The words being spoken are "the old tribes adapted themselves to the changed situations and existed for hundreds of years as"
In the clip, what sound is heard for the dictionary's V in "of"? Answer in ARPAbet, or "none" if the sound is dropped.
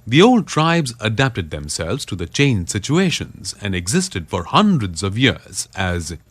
V